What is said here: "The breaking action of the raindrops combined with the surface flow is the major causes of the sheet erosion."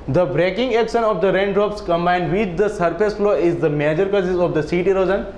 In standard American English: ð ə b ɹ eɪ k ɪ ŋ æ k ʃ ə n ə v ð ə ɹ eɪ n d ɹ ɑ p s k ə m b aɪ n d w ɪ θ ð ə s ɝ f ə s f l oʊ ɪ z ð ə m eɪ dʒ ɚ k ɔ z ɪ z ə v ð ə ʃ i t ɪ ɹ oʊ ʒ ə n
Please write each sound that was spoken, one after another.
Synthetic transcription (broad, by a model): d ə b ɹ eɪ k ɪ ŋ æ k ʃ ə n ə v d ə ɹ eɪ n d ɹ ɑ p s k ə m b aɪ n d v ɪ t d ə s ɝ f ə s f l oʊ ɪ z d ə m eɪ dʒ ɚ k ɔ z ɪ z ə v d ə s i t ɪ ɹ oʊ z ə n